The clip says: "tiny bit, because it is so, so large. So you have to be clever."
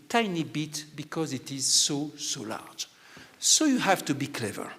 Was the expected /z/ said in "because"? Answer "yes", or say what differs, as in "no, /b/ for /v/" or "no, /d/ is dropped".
yes